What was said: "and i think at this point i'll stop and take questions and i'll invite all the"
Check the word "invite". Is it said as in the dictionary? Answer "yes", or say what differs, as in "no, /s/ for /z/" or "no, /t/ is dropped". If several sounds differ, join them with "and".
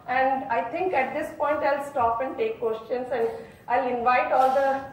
yes